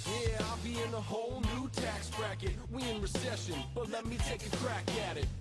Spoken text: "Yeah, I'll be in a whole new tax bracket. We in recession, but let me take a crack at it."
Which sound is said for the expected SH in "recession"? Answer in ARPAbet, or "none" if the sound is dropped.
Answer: SH